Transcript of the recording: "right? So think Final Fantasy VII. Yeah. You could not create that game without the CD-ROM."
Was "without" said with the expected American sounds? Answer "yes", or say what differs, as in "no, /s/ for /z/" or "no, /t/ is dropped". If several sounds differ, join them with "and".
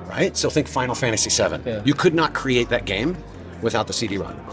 yes